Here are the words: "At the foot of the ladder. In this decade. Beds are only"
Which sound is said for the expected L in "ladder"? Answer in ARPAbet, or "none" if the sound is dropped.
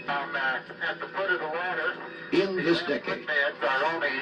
W